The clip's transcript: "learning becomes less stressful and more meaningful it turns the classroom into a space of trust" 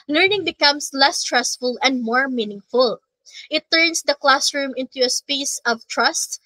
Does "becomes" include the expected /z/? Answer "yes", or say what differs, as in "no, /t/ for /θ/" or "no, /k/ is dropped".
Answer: no, /s/ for /z/